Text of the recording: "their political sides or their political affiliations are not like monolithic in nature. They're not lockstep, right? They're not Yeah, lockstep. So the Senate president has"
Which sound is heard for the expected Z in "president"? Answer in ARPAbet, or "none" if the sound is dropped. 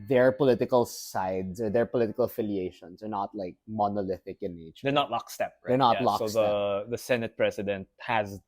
S